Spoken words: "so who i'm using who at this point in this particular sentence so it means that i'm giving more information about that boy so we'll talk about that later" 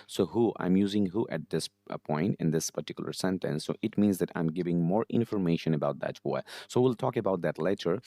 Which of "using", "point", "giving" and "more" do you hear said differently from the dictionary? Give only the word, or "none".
none